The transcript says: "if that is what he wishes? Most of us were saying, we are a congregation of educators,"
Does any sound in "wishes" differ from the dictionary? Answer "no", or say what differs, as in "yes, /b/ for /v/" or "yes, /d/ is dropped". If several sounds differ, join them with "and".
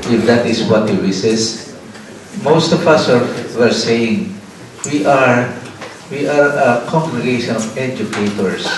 yes, /s/ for /ʃ/ and /s/ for /z/